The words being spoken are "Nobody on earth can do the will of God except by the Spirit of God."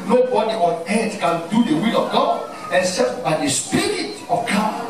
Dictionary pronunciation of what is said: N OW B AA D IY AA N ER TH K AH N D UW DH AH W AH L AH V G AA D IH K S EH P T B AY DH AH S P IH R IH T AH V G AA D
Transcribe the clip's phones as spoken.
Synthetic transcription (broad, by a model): N OW B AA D IY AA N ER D K AH N D UW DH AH W AH L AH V G AA D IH S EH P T B AY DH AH S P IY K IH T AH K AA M